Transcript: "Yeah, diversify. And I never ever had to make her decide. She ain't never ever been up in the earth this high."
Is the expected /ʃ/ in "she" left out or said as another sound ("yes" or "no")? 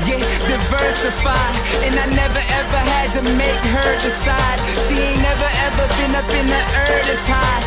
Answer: yes